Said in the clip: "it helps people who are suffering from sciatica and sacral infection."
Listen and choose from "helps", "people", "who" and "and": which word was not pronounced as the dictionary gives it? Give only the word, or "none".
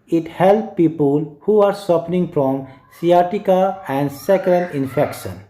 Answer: helps